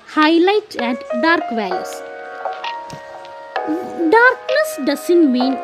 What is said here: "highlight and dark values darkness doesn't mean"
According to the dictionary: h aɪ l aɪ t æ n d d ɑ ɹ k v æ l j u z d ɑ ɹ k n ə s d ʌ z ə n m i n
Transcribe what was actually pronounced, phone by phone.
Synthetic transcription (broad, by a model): h aɪ l aɪ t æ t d d ɑ ɹ k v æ j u s d ɑ ɹ k n ə s d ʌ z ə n m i n